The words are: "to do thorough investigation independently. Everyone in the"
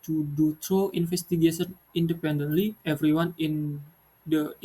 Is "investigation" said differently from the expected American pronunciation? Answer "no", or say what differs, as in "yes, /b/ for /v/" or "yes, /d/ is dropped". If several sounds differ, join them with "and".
yes, /f/ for /v/